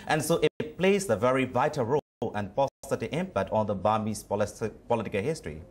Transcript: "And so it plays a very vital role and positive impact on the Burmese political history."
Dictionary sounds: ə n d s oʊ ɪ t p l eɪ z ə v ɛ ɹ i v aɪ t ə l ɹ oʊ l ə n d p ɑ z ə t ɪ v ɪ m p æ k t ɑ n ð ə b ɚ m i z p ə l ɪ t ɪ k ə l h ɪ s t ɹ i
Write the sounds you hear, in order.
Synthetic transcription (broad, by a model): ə n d s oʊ ɪ t p l eɪ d ə v ɛ ɹ i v aɪ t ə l ɹ oʊ l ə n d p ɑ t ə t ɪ ɪ m p æ k t ɑ n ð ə b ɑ m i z p ə l ɪ t ɪ k ə l h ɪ s t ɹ i